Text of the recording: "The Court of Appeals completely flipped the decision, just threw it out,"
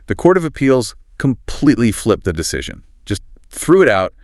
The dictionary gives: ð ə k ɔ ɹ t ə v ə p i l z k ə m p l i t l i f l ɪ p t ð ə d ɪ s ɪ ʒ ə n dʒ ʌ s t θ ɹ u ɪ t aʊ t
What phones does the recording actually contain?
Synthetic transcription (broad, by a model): ð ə k ɔ ɹ t ə v ə p i l z k ə m p l i t l i f l ɪ p ð ə d ɪ s ɪ ʒ ə n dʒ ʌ s t θ ɹ u ɪ t aʊ t